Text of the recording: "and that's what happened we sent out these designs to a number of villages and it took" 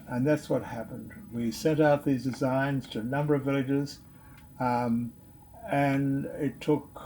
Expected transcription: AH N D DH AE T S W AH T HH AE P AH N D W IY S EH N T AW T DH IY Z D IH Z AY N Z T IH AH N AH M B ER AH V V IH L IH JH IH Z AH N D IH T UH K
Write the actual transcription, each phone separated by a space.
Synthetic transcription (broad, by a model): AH N DH AE T S W AH T HH AE P AH N D W IY S EH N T AW T DH IY Z D IH Z AY N Z T IH AH N AH M B ER AH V V IH L IH JH IH Z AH N IH T UH K